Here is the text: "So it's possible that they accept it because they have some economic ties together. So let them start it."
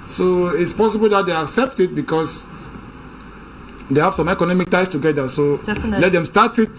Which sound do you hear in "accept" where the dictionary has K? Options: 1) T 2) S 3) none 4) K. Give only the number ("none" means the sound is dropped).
4